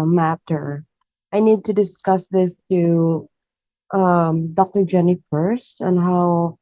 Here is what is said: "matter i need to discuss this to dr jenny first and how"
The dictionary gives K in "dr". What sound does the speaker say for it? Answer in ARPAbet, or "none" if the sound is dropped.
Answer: K